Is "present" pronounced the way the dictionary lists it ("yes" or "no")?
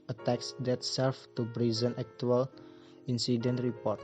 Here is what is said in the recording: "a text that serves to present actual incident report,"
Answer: no